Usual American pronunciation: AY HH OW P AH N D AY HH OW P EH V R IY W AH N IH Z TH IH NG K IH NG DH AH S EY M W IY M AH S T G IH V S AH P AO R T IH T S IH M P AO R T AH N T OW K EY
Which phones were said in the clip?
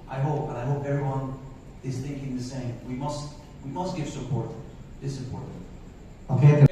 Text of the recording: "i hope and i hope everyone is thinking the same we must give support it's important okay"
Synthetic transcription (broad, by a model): AY HH OW P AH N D AY HH OW P EH V R IY W AH N IH Z TH IH NG K IH NG DH AH S EY M W IY M AH S T G IH V S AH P AO R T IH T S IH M P AO R T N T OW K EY